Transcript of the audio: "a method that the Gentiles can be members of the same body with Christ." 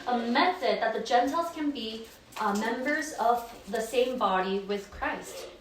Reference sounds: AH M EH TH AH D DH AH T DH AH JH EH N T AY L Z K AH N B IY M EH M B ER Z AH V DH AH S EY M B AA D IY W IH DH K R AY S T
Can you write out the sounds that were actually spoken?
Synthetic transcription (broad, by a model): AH M EH TH AH D DH AH T DH AH JH EH N T AY L Z K AH N B IY M EH M B ER Z AH V DH AH S EY M B AA D IY W IH DH K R AY S T